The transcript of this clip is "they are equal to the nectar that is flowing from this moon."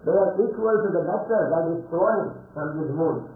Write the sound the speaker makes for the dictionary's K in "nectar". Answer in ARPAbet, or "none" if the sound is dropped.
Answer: none